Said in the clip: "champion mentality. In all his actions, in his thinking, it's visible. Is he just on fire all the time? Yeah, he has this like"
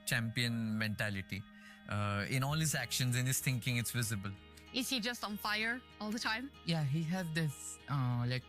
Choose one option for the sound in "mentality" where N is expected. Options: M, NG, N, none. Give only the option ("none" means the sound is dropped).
N